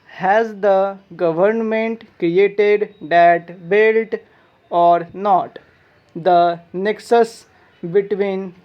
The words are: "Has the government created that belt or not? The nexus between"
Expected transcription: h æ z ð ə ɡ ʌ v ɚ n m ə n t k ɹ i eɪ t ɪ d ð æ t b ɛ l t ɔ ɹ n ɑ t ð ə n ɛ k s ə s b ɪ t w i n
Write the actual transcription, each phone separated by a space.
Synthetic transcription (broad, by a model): h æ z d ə ɡ ʌ v ɚ n m ə n t k ɹ i eɪ t ɪ d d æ t b ɛ l t ɔ ɹ n ɑ t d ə n ɛ k s ə s b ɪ t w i n